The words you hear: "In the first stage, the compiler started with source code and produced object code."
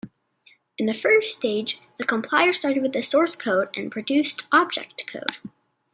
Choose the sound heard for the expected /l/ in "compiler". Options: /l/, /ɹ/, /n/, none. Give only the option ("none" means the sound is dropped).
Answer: none